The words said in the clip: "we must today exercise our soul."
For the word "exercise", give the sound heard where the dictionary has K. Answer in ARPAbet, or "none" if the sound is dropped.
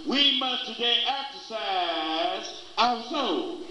K